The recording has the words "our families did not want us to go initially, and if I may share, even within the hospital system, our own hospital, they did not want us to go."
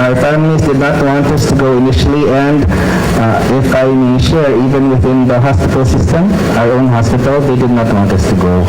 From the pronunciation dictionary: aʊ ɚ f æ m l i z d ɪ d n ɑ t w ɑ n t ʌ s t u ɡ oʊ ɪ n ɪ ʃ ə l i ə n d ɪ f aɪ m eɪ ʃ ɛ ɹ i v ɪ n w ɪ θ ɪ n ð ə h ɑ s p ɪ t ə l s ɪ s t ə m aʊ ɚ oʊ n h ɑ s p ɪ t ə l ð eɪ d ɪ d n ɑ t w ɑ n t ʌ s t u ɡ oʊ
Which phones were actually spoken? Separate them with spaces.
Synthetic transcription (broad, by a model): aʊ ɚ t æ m n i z d ɪ d n ɑ t w ɑ n t ʌ s t u ɡ oʊ ɪ n ɪ ʃ ə l i ə n d ɪ f aɪ m eɪ ʃ ɛ ɹ i v ɪ n w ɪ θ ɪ n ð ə h ɑ s p ɪ t ə l s ɪ s t ə m aʊ ɚ oʊ n h ɑ s p ɪ t ə l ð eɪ d ɪ d n ɑ t w ɑ n t ʌ s t u ɡ oʊ